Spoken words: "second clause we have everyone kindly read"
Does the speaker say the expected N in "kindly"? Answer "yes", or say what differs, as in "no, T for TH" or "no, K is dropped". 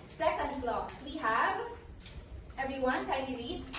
no, N is dropped